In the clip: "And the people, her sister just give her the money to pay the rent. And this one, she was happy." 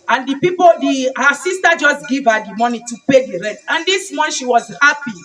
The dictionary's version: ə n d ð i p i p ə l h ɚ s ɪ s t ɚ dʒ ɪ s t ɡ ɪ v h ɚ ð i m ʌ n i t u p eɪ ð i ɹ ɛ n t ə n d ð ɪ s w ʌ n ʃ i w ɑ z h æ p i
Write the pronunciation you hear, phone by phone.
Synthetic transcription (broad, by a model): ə n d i p i p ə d h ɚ s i s t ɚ dʒ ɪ s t ɡ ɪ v h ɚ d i m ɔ n i t u p eɪ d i ɹ ɛ n t ə n d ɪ s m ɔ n ʃ i w ɑ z h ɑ p i